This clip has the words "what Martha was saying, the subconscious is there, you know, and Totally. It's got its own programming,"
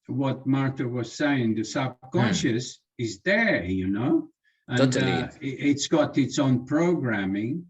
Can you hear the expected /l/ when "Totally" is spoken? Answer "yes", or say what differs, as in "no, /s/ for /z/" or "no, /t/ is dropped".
no, /n/ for /l/